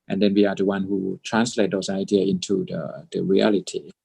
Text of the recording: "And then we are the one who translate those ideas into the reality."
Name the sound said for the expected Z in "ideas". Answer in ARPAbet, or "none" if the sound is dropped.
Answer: none